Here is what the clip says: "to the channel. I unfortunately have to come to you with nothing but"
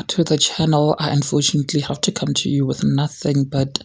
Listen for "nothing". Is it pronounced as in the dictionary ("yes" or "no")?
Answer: yes